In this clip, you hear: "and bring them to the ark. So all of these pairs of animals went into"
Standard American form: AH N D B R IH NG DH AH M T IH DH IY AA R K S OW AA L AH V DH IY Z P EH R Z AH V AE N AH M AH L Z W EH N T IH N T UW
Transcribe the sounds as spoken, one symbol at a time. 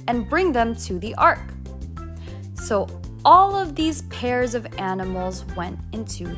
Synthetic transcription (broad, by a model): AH N B R IH NG DH AH M T IH DH IY AA R K S OW AA L AH V DH IY Z P EH R Z AH V AE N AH M L Z W EH N T IH N T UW